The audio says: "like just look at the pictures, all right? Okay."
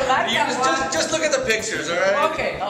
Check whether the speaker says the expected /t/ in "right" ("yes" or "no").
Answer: no